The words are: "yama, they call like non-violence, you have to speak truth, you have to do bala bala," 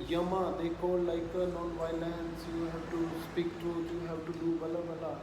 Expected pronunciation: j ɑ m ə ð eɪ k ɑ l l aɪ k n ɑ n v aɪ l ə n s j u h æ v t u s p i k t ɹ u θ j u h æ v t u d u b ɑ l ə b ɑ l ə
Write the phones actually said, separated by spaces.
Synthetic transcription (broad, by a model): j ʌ m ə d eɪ k ɑ l l aɪ k n ɑ n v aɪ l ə n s j u h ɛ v t u s p i k t u t j u h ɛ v t u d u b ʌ l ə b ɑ l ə